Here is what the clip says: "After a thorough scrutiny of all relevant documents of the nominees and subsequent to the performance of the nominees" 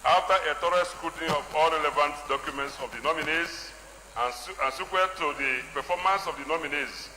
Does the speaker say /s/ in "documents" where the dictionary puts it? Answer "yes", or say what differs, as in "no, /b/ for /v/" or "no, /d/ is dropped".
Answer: yes